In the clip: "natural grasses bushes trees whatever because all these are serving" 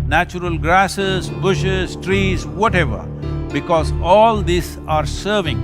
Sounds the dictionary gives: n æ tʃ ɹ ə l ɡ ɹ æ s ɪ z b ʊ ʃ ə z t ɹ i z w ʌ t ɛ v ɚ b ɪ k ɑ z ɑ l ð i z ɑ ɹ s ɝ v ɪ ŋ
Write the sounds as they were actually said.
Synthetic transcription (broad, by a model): n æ tʃ ɹ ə l ɡ ɹ æ s ɪ z b ʊ ʃ ə z t ɹ i z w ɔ t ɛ v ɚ b ɪ k ɑ z ɑ l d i s ɑ ɹ s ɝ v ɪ ŋ